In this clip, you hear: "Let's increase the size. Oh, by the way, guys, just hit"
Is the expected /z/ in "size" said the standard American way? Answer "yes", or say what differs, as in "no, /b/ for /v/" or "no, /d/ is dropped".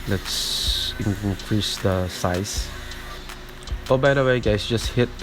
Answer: no, /s/ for /z/